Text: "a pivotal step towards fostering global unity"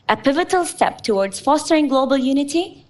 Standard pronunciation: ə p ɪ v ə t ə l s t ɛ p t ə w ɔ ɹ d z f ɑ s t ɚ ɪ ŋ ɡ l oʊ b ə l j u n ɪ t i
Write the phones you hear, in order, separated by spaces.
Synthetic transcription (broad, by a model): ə p ɪ v ə t ə l s t ɛ p t ə w ɔ ɹ d z f ɑ s t ɚ ɪ ŋ ɡ l oʊ b ə l j u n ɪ t i